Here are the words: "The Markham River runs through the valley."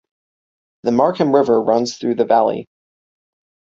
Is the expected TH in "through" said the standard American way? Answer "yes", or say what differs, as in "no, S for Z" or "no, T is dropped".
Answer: yes